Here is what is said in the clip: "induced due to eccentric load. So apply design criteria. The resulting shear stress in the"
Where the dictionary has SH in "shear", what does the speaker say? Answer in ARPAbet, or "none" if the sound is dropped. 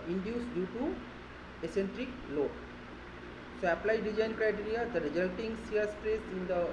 S